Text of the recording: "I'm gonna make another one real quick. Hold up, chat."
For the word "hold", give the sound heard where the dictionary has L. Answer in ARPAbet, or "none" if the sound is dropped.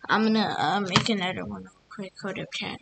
none